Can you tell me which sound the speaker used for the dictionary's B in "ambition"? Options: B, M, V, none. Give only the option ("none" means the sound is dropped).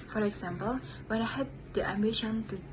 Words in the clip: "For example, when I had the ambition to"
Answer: B